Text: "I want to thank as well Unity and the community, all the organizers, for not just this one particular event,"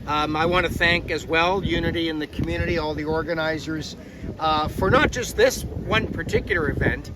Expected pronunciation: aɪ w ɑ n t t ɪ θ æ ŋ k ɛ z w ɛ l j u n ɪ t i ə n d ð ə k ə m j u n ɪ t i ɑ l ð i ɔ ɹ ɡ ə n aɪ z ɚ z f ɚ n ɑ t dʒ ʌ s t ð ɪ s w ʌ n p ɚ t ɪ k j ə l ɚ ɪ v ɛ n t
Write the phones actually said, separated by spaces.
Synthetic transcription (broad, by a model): aɪ w ɑ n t t ɪ θ æ ŋ k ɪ z w ɛ l j u n ɪ t i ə n ð ə k m j u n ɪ t i ɑ l ð i ɔ ɹ ɡ ə n aɪ z ɚ z f ɚ n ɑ t dʒ ʌ s t ð ɪ s w ʌ n p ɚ t ɪ k j l ɚ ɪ v ɛ n t